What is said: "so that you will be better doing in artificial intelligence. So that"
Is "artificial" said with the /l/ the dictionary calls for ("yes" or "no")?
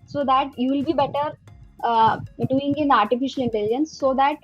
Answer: yes